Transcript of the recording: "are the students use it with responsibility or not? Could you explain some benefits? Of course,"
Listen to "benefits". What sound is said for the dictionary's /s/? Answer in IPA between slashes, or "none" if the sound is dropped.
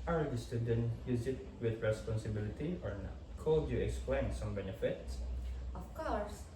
/s/